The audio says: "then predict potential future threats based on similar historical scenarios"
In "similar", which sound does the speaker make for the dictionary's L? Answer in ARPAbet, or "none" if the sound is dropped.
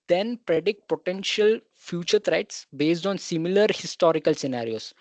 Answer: L